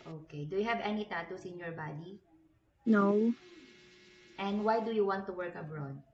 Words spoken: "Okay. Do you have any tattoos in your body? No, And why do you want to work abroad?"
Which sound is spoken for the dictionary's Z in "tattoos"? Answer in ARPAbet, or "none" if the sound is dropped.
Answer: S